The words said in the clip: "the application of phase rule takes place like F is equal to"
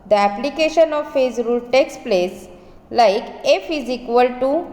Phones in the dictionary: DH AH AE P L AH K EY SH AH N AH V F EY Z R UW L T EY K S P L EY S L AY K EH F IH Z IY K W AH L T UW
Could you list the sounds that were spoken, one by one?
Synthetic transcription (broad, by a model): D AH AE P L AH K EY SH AH N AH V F EY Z R UW L T EY K S P L EY S L AY K EH F IH Z IY K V AH L T UW